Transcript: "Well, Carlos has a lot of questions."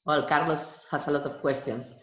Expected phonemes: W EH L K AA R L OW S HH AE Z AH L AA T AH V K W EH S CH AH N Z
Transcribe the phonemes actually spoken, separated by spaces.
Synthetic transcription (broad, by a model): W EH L K AA R L OW S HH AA S AH L AA T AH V K W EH S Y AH N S